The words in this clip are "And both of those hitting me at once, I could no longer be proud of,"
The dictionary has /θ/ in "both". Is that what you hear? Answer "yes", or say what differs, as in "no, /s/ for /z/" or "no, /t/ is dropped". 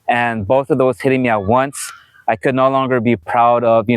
yes